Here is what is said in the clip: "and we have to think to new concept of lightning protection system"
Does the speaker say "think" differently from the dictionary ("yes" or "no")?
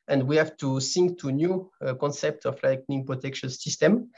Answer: yes